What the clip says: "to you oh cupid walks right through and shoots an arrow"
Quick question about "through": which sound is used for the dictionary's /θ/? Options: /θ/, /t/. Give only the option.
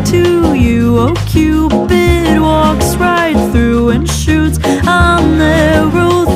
/θ/